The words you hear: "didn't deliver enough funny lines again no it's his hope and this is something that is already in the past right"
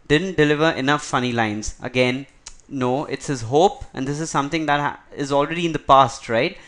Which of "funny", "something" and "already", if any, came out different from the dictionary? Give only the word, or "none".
something